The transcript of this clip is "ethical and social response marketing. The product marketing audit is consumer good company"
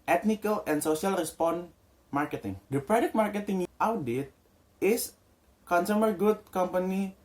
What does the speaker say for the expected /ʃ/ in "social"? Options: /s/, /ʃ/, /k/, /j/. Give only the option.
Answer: /s/